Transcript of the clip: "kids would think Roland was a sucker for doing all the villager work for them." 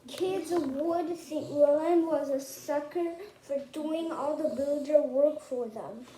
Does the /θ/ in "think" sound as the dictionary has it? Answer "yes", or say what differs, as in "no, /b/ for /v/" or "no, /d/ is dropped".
no, /s/ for /θ/